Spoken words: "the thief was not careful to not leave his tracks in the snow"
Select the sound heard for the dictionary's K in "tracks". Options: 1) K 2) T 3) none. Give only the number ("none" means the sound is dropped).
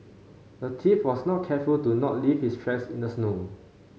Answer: 3